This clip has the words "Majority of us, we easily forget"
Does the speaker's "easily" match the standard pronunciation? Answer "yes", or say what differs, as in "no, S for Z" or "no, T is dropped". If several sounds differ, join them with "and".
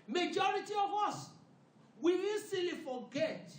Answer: no, S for Z